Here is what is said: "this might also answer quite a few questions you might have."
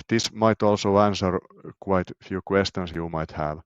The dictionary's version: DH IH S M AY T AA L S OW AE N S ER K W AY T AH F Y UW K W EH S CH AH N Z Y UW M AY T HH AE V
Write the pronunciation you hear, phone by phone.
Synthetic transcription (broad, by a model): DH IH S M AY T AA L S OW AE N S ER K W AY T F Y UW K W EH S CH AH N S Y UW M AY T HH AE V